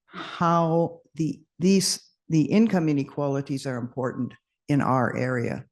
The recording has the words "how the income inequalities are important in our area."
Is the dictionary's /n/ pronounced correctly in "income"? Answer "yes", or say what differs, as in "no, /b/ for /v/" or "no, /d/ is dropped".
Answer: yes